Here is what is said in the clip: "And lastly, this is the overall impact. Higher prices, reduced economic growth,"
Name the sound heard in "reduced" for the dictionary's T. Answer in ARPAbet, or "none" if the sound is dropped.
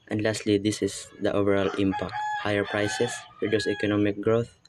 none